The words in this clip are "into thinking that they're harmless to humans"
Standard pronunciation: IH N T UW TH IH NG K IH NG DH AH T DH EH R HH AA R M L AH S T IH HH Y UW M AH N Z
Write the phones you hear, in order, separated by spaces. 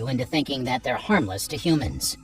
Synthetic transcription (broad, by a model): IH N T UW TH IH NG K IH NG DH AH T DH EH R HH AA R M L AH S T IH HH Y UW M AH N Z